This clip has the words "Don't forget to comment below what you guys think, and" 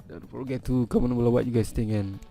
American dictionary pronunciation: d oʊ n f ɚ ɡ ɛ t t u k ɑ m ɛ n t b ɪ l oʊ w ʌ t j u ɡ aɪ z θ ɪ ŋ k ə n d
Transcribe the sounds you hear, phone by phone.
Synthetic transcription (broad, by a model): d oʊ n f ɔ ɡ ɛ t t u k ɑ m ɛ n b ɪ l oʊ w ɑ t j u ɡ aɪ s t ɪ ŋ ə n